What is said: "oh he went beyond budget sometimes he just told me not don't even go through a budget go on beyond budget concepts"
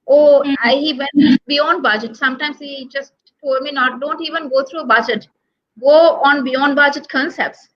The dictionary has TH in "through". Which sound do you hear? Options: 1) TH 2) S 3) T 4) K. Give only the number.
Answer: 3